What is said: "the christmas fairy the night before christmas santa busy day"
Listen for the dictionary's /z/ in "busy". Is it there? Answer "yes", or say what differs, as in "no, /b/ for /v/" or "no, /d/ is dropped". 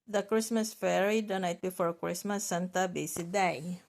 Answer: no, /s/ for /z/